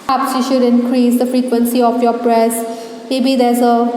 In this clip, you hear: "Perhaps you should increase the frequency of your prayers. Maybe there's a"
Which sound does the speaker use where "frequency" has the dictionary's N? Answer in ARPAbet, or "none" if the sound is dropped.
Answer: N